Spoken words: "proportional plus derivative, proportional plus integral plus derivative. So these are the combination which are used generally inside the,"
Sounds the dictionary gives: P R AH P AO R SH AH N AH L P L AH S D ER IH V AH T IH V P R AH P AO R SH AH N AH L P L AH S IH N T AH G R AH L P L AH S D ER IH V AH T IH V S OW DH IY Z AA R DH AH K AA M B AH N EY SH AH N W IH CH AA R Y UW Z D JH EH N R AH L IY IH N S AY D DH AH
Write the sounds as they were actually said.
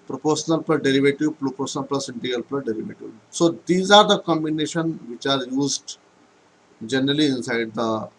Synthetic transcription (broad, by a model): P R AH P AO R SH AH N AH L P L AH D D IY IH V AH T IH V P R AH P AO R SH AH N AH L P L AH S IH N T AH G AH L P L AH D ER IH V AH T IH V S OW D IY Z AA R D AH K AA M B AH N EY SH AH N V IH CH AA R Y UW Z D JH EH N R AH L IY IH N S AY D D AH